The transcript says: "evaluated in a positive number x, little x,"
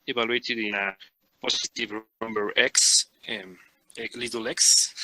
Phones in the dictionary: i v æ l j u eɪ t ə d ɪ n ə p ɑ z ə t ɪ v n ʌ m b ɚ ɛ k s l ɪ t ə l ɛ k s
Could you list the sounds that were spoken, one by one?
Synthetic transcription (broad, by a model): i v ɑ l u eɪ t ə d ɪ n ə p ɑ s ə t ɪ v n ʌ m b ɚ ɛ k s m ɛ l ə l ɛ k s